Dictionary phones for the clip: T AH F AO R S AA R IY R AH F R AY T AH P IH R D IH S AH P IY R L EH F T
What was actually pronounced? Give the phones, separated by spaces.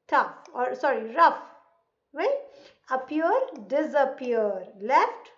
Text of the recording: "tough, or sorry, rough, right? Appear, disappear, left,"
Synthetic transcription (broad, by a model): T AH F AO R S AA R IY R AH F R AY AH P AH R D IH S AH P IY R L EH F T